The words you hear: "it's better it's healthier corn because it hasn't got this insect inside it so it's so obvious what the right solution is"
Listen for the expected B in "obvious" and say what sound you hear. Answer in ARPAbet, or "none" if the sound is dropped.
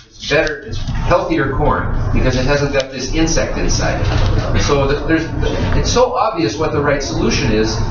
B